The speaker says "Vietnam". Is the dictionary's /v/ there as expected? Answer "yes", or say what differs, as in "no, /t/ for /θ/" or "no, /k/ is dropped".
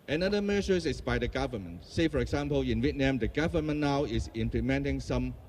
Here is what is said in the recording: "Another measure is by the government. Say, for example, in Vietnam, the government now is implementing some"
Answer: no, /w/ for /v/